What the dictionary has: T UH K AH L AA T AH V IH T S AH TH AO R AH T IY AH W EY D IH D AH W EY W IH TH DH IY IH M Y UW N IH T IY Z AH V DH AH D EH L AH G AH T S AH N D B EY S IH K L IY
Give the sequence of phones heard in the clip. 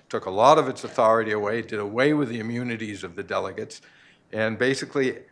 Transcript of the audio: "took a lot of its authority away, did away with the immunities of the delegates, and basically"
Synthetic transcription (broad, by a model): T UH K AH L AA T AH V IH T S AH TH AO R AH T IY AH W EY D IH D AH W EY W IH DH IY IH M Y UW N IH T IY Z AH V DH AH D EH L AH G AH T S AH N B EY S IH K L IY